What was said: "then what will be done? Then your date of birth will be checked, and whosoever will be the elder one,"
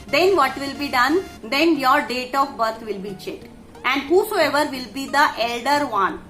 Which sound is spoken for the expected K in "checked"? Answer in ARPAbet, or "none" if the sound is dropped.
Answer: none